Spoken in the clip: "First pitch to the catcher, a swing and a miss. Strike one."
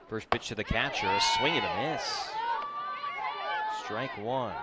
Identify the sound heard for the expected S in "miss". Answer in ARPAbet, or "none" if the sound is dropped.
S